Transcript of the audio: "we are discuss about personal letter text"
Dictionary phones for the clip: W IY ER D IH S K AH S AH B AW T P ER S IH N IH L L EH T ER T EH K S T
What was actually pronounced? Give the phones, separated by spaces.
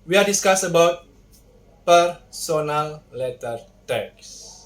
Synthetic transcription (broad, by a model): W IY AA D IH S K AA S AH B AW T P ER S IH N IH L L EH T ER T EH K S